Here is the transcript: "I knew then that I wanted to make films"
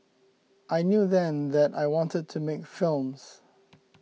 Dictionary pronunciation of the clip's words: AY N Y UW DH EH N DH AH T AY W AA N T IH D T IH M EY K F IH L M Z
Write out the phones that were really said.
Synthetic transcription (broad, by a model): AY N Y UW DH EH N DH AH T AY W AA N T IH D T IH M EY K F IH L M Z